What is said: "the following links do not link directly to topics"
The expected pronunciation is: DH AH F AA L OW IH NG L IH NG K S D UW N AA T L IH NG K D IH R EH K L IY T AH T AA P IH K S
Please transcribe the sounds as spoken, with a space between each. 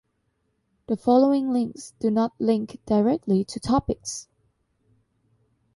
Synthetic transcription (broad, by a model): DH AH F AA L OW IH NG L IH NG K S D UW N AA T L IH NG K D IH R EH K L IY T AH T AA P IH K S